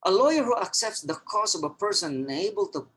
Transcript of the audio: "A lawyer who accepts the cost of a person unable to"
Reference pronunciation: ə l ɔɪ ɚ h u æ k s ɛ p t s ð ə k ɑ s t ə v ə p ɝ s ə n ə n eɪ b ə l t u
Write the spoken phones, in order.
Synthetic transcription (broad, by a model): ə l ɔɪ ɚ h u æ k s ɛ p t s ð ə k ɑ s ə v ə p ɝ s ə n ə n eɪ b ə l t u